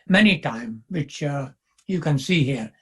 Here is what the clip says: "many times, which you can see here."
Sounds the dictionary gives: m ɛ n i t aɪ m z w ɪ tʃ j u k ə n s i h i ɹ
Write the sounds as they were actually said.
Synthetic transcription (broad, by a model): m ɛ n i t aɪ m w ɪ tʃ j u k ə n s i h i ɹ